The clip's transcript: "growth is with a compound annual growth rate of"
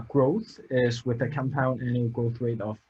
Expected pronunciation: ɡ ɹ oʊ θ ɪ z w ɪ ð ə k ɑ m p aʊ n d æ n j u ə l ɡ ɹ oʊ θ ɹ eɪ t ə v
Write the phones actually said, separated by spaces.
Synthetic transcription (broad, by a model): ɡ ɹ oʊ θ ɪ z w ɪ ð ə k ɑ m p aʊ n ɪ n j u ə ɡ ɹ oʊ θ w eɪ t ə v